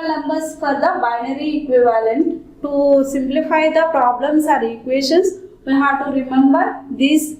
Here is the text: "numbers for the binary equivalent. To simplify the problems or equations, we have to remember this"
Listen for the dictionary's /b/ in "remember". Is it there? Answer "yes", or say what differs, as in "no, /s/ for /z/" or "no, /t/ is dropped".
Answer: yes